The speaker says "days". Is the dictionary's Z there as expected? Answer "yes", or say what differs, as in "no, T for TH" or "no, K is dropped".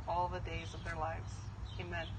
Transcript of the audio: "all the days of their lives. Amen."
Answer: yes